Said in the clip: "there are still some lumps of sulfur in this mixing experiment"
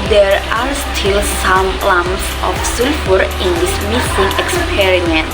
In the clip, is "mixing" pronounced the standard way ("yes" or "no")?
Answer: no